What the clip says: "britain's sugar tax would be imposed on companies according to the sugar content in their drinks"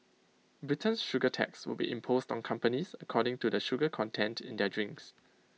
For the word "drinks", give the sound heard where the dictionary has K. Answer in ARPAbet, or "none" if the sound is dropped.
K